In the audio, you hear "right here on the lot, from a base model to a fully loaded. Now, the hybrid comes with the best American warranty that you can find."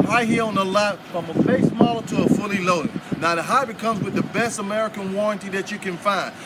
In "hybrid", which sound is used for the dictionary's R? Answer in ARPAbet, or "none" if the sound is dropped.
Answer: none